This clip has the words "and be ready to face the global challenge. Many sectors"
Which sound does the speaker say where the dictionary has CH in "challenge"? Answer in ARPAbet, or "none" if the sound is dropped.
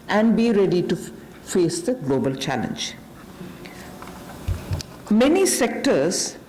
CH